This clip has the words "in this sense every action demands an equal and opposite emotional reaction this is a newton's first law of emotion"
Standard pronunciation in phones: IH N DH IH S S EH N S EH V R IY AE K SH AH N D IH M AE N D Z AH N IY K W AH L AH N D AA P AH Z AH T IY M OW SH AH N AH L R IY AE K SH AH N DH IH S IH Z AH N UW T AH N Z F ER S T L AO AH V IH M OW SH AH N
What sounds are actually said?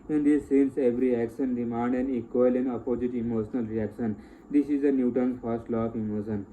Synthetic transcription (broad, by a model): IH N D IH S S EH N S EH V R IY AE K SH AH N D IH M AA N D AH N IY K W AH L AH N D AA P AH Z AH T IY M OW SH AH N AH L R IY AE K SH AH N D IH S IH Z AH N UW T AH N F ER S T L AO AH F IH M OW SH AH N